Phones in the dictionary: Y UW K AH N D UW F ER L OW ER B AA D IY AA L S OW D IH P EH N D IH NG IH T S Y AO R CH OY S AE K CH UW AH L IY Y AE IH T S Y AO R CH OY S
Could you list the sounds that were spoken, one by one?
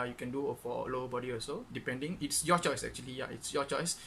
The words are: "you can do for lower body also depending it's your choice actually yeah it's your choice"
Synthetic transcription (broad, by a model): Y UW K AH N D UW F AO L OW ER B AA D IY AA S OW D IH P EH N D IH NG IH T S Y AO CH OY S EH K CH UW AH L IY Y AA IH T S Y AO CH OY S